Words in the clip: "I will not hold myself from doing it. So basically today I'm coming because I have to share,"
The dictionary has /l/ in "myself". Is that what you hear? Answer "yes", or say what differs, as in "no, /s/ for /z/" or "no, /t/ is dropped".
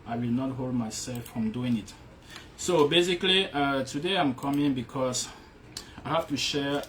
yes